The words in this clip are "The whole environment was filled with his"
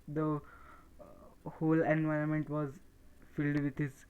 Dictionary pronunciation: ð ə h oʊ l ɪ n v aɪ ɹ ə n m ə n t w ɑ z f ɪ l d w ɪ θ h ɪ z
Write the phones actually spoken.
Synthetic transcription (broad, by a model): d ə h oʊ l ɪ n v aɪ ɹ ə n m ə n t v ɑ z f ɪ l d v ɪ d h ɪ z